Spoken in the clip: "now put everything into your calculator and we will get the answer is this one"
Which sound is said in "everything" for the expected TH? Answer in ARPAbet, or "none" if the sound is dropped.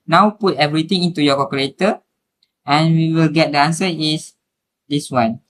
T